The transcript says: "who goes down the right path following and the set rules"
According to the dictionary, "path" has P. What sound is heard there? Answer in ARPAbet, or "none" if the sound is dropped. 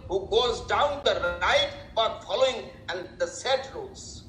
B